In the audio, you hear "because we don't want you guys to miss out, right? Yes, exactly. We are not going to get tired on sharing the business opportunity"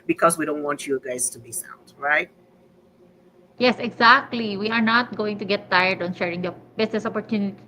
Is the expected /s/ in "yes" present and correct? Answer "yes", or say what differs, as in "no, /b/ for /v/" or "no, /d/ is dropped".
yes